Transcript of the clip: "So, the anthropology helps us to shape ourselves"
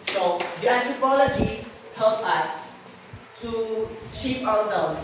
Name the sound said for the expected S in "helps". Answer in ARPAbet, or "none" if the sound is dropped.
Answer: none